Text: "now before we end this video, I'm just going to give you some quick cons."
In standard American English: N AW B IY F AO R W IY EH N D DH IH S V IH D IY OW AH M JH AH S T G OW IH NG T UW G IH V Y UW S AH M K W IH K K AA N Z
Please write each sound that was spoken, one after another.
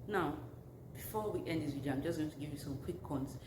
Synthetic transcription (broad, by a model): N AW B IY F AO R W IY EH N D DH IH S W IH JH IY AH M JH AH S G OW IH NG T UW G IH V Y UW S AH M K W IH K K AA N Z